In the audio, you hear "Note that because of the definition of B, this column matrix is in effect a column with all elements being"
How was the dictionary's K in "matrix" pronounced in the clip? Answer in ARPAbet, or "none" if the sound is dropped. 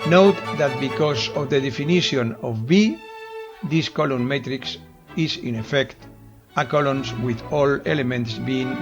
K